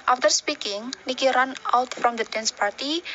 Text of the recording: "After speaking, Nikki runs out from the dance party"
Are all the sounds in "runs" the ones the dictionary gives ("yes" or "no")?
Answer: no